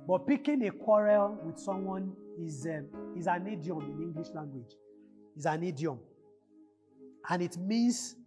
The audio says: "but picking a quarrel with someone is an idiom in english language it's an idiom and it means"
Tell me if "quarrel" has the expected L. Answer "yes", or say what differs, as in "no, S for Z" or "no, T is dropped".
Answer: yes